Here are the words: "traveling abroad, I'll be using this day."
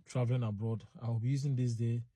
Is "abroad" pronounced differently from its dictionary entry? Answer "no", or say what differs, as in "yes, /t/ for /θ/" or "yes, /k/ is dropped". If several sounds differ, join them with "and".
no